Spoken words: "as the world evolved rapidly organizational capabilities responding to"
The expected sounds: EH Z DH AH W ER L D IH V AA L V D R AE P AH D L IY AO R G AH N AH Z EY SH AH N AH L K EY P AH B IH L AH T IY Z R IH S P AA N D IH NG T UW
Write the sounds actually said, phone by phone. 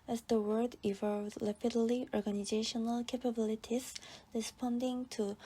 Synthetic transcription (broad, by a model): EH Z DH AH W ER D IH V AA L D L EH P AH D L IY AO R G AH N AH Z EY SH AH N AH L K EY P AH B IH L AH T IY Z R IH S P AA N D IH NG T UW